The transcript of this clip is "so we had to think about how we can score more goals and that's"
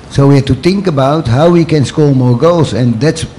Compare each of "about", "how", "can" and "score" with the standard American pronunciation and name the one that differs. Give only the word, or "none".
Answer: score